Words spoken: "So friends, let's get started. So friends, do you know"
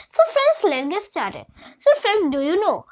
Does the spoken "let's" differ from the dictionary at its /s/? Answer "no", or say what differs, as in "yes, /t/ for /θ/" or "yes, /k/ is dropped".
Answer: yes, /s/ is dropped